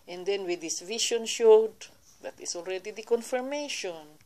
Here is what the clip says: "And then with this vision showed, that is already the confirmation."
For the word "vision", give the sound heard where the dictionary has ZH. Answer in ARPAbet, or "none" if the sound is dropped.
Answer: SH